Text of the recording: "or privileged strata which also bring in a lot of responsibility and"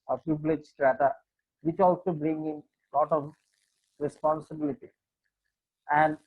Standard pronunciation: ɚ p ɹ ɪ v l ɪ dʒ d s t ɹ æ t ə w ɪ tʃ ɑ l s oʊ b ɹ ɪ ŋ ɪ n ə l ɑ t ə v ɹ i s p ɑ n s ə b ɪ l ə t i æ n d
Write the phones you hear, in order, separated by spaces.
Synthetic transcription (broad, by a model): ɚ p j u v l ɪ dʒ s t ɹ æ t ə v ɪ tʃ ɑ l s oʊ b ɹ ɪ ŋ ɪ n l ɑ t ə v ɹ i s p ɑ n s ə b ɪ l ə t i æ n d